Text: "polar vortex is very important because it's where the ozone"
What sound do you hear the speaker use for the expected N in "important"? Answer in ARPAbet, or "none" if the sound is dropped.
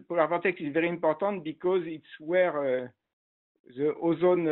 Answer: none